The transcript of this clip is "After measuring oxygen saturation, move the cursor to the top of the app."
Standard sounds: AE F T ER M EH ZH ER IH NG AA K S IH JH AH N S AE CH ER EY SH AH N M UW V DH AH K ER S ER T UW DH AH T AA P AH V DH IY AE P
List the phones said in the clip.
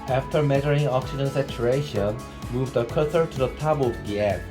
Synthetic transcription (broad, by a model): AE F T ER M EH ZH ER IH NG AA K S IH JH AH N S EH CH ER EY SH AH N M UW V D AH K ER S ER T UW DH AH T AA B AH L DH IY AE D